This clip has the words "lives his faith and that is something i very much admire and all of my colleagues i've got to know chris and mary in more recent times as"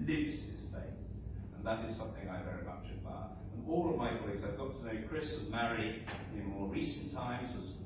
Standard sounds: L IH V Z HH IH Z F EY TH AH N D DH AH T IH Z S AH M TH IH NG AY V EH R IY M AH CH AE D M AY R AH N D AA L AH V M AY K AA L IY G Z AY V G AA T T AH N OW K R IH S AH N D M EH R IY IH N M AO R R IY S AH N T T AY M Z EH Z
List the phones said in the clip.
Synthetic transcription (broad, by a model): L IH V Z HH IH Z F EY TH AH N DH AH T IH Z S AH M TH IH NG AY V EH R IY M AH CH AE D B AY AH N AA L AH V M AY K AA L IY G Z AY V G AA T T AH N OW K R IH S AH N M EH R IY IH N M AO R R IY S N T T AY M Z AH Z